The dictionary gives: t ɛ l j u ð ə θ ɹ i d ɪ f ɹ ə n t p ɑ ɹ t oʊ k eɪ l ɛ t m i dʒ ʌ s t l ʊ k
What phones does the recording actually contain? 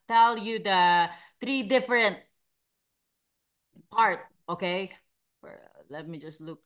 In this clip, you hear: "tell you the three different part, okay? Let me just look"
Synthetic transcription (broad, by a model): t ɛ l j u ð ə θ ɹ i d ɪ f ɹ ə n t p ɑ ɹ t oʊ k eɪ l ɛ t m i dʒ ʌ s t l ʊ k